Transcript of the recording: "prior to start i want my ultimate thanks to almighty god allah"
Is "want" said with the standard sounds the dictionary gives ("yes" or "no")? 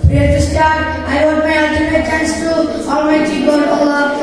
no